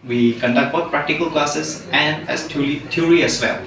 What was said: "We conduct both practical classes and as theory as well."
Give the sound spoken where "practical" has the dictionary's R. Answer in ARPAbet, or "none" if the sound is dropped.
R